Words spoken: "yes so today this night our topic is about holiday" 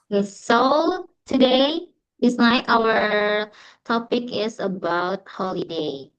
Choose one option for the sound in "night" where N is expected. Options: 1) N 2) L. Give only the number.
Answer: 2